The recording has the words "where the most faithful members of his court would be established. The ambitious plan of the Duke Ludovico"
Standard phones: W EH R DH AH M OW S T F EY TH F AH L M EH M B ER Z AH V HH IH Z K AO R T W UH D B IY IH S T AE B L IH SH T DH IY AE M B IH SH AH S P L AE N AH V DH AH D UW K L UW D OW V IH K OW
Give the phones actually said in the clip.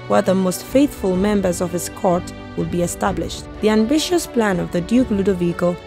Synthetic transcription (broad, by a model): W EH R DH AH M OW S T F EY TH F AH L M EH M B ER Z AH V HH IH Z K AO R T W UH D B IY IH S T AE B L IH SH T DH IY AE M B IH SH AH S P L AE N AH V DH AH D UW K L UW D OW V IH K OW